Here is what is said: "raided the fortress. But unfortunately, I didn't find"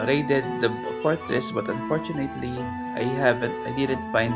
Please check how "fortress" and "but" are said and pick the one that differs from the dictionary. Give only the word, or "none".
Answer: fortress